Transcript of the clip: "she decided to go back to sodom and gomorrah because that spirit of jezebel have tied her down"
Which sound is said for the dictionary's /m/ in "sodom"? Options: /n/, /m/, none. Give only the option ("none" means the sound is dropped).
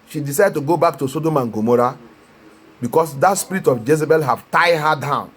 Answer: /m/